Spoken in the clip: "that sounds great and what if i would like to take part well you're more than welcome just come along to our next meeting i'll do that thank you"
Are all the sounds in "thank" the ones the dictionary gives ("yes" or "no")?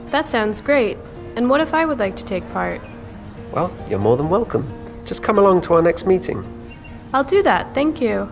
yes